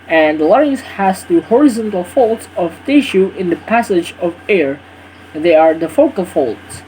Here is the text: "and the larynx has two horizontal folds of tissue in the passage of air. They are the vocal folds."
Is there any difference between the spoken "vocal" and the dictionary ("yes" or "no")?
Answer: yes